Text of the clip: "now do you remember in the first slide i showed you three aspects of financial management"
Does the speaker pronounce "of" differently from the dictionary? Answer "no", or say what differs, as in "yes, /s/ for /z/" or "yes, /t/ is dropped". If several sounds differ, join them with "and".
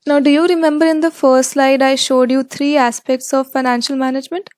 no